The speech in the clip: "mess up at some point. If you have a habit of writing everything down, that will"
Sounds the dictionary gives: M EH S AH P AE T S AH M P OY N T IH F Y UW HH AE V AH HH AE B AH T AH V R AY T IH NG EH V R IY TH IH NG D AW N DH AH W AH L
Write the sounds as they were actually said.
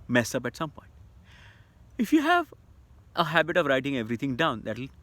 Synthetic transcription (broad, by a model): M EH S AH P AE T S AH M P OY N T IH F Y UW HH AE V AH HH AE B AH T AH V R AY T IH NG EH V R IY T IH NG D AW N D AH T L